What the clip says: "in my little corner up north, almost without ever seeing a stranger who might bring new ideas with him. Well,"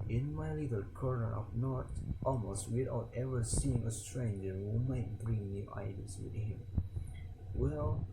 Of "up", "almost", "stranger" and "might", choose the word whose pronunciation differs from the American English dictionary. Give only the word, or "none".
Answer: up